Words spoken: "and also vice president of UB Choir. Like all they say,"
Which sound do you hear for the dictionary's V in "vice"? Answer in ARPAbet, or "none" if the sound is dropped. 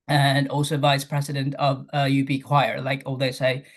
V